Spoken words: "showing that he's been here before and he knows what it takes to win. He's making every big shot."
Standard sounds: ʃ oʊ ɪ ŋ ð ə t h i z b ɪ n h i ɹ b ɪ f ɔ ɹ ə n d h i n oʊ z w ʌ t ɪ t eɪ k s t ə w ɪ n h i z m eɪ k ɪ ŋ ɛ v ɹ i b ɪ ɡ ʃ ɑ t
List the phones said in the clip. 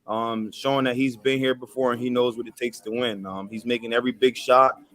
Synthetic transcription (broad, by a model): ʃ oʊ ɪ ŋ ð ə t h i z b ɪ n h i ɹ b ɪ f ɔ ɹ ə n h i n oʊ z w ʌ t ɪ t eɪ k s t ə w ɪ n h i z m eɪ k ɪ ŋ ɛ v ɹ i b ɪ ɡ ʃ ɑ t